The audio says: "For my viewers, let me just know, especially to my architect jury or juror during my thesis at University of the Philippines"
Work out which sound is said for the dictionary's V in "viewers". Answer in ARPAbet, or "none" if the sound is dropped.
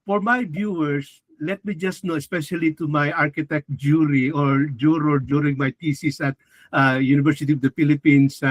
B